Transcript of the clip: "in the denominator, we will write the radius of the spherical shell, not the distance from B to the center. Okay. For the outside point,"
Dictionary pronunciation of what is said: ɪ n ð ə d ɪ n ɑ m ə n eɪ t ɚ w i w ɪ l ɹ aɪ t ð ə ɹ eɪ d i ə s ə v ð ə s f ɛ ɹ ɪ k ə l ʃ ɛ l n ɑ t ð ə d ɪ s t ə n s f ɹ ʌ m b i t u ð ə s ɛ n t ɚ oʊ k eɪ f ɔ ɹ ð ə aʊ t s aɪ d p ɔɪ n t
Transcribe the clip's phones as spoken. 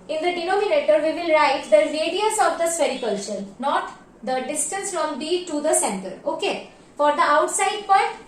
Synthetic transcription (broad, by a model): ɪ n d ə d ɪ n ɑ m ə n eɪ t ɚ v i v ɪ l ɹ aɪ t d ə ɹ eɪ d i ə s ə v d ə s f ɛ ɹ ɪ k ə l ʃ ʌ n n ɑ t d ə d ɪ s t ə n s f ɹ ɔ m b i t u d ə s ɛ n t ɚ oʊ k eɪ f ɔ ɹ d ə aʊ t s aɪ d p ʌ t